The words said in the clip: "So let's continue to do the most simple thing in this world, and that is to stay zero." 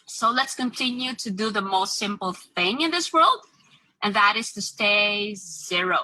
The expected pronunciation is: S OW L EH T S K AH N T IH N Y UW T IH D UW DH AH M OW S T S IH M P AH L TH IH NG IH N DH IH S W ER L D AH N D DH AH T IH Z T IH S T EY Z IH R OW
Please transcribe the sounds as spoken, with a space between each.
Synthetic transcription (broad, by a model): S OW L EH T S K AH N T IH N Y UW T IH D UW DH AH M OW S T S IH M P L TH IH NG IH N DH IH S W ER L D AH N DH AH T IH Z T IH S T EY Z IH R OW